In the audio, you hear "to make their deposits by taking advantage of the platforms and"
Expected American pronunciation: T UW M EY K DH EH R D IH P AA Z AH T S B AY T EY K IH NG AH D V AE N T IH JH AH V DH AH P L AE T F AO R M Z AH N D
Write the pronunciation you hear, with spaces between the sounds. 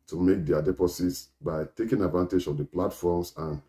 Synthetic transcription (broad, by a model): T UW M EY K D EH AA D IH P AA S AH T S B AY T EY K IH NG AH D V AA N T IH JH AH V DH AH P L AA T F AO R M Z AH N